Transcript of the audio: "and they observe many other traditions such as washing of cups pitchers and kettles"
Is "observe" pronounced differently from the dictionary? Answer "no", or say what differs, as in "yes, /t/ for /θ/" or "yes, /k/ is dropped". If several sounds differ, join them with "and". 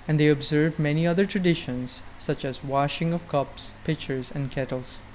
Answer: no